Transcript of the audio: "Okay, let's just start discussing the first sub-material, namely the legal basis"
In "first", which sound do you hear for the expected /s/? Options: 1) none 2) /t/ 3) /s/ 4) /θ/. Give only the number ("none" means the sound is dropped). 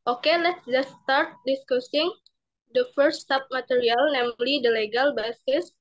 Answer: 1